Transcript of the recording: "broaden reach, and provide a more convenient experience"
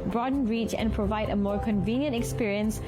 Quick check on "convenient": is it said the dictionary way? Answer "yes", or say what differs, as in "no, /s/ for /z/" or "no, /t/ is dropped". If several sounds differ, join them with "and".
yes